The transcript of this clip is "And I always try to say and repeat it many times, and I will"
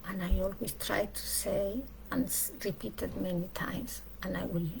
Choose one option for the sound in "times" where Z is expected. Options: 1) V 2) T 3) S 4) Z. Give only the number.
3